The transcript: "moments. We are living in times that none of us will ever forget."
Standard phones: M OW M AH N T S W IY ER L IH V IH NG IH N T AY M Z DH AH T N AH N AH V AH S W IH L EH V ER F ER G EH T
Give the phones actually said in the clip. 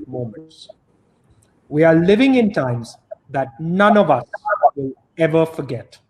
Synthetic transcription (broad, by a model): M OW M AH N T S W IY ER L IH V IH NG IH N T AY M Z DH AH T N AH N AH V AH S W IH L EH V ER F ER G EH T